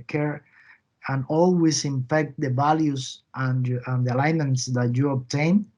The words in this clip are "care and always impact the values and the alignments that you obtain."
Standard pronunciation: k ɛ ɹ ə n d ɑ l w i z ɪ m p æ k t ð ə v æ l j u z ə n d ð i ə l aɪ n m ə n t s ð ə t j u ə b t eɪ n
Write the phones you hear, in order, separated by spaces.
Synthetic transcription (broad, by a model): k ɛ ɹ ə n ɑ l w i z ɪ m f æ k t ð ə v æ l j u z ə n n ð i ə l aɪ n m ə n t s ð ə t j u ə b t eɪ n